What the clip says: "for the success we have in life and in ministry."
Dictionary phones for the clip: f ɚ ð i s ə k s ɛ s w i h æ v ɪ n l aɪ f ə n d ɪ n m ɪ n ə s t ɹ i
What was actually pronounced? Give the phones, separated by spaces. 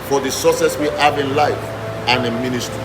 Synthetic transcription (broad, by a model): f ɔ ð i s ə s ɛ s w i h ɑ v ɪ n l aɪ f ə n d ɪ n m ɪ n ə s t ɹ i